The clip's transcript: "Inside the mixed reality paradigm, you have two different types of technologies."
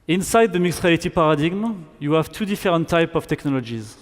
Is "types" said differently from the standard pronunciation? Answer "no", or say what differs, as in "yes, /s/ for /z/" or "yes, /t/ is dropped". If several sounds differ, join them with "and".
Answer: yes, /s/ is dropped